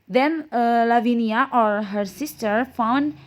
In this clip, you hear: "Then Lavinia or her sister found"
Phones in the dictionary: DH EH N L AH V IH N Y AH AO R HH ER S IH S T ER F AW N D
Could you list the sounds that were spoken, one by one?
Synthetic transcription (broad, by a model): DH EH N L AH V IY N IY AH AO R HH ER S IH S T ER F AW N D